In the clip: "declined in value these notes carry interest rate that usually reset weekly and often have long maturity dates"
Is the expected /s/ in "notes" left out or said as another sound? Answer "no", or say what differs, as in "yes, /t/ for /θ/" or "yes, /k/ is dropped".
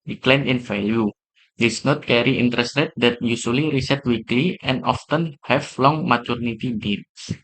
yes, /s/ is dropped